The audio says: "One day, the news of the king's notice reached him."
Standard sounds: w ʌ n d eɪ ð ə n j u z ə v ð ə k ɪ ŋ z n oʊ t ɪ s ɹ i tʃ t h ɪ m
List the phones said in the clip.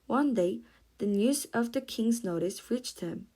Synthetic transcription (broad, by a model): w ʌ n d eɪ ð ə n j u z ə v ð ə k ɪ ŋ z n oʊ t ɪ s ɹ i tʃ t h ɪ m